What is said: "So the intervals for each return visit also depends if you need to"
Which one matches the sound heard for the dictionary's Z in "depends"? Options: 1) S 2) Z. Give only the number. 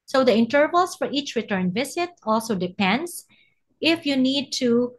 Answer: 1